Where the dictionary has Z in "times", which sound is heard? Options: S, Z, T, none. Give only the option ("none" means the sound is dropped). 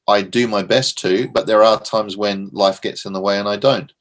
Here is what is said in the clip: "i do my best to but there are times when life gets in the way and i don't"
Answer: Z